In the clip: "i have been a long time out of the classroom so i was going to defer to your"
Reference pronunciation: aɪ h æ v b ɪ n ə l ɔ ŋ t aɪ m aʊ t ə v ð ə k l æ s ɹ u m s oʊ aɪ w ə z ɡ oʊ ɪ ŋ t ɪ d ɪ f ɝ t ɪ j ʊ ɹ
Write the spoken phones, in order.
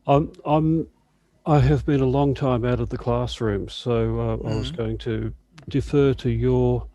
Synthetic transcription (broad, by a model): aɪ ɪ v b ɪ n ə l ɔ ŋ t aɪ m aʊ t ə v ð ə k l æ s ɹ u m s oʊ aɪ w ə z ɡ oʊ ɪ ŋ t ɪ d ɪ f ɝ t ɪ j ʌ ɹ